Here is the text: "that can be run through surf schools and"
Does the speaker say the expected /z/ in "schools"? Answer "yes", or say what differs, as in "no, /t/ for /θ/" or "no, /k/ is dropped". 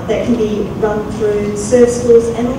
yes